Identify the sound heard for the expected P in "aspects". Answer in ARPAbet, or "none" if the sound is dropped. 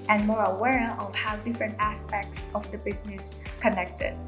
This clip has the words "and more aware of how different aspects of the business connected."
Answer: P